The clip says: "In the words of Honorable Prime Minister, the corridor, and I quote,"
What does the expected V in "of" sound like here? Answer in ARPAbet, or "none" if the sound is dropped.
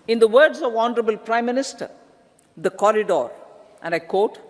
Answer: V